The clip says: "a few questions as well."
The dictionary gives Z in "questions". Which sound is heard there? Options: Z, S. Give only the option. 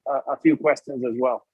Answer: Z